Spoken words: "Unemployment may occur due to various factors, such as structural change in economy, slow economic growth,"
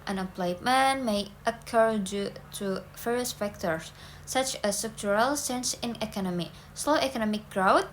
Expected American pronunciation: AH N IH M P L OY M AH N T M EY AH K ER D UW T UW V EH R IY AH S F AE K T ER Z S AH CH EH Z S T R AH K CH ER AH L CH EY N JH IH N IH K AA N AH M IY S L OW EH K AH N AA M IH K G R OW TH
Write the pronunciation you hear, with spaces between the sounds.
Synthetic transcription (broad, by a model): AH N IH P L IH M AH N M EY AH K ER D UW T UW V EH R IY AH S F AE K T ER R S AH CH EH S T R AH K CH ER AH L S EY N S IH N IH K AA N AH M IY S L OW EH K AH N AA M IH K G R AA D